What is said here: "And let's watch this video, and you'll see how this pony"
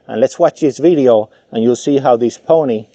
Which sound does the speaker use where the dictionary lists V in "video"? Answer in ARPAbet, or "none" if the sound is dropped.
V